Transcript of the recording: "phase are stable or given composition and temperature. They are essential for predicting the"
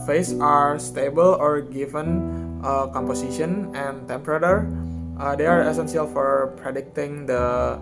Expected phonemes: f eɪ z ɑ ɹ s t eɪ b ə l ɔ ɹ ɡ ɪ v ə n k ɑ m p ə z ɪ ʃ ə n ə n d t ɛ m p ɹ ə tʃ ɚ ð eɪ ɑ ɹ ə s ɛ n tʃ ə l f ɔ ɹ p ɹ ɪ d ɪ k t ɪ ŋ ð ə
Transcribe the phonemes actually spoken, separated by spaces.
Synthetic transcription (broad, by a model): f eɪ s ɑ ɹ s t eɪ b ə l ɔ ɹ ɡ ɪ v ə n k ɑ m p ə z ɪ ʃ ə n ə n t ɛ m p ɹ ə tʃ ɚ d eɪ ɑ ɹ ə s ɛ n s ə l f ɔ ɹ p ɹ ɪ d ɪ k t ɪ ŋ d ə